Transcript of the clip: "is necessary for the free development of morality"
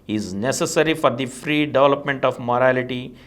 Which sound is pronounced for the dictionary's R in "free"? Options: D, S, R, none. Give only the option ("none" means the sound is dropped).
R